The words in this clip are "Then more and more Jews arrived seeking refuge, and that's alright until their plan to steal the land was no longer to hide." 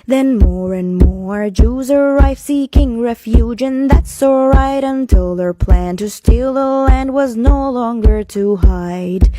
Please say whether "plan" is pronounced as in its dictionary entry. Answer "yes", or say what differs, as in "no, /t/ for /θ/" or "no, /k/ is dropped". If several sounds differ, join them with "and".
yes